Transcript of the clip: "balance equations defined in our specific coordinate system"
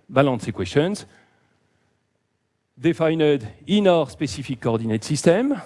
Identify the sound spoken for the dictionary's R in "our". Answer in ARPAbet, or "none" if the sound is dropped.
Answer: R